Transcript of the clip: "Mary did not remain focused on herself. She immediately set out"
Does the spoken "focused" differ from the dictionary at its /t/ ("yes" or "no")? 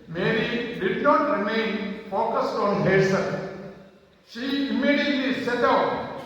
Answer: no